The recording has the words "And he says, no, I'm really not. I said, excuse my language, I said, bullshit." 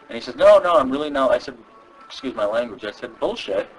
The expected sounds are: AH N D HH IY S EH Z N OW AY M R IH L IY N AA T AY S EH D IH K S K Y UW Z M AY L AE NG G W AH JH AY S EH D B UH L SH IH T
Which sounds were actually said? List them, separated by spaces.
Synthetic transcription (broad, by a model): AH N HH IY S EH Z N OW AY M R IH L IY N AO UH AY S EH D IH K S K Y UW Z M AY L AE NG G W AH JH AY S EH D B UH L SH IH T